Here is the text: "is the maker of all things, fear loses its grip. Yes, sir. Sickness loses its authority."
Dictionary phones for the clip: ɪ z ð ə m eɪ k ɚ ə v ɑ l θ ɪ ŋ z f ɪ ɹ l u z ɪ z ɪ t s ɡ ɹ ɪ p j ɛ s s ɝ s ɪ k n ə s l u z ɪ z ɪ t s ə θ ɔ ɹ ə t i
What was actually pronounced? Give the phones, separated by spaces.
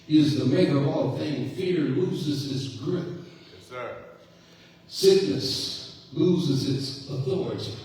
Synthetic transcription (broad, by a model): ɪ z ð ə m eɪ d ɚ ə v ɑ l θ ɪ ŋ f ɪ ɹ l u z ɪ z ɪ t s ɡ ɹ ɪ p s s s ɪ k n ə s l u z ɪ z ɪ t s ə θ ɔ ɹ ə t i